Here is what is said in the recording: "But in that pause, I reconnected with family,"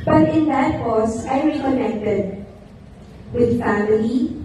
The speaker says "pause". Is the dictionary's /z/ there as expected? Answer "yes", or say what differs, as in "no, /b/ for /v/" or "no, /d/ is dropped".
no, /s/ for /z/